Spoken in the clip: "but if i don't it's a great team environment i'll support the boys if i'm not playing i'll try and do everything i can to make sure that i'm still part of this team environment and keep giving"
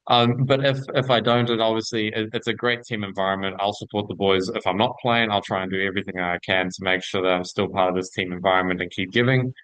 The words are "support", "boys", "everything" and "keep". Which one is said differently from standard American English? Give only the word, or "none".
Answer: none